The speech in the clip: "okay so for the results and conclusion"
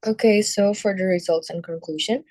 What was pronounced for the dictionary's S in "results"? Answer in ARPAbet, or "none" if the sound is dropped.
S